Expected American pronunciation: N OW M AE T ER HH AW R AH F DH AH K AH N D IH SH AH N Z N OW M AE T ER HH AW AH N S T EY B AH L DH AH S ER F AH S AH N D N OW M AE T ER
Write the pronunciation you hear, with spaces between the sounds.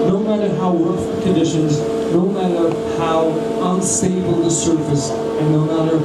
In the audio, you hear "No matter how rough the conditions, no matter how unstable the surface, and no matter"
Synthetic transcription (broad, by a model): N OW M AE T ER HH AW W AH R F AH K AH N D IH SH AH N Z N OW M AE T ER HH AW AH N S EY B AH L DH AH S ER F AH S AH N N OW M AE T ER